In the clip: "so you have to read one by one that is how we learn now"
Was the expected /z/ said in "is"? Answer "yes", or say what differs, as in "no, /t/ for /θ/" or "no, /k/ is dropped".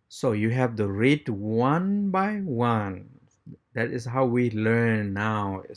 no, /s/ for /z/